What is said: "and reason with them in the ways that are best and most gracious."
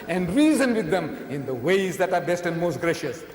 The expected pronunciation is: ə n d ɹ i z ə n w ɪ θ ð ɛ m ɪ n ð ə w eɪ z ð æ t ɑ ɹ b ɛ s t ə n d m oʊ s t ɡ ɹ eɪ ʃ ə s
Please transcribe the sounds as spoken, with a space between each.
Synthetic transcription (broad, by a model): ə n d ɹ i z ə n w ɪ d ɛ m ɪ n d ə w eɪ z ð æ t ɑ ɹ b ɛ s t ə n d m oʊ s t ɡ ɹ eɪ ʃ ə s